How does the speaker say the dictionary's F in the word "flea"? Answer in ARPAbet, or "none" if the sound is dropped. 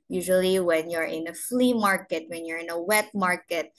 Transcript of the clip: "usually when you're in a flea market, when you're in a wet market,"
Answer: F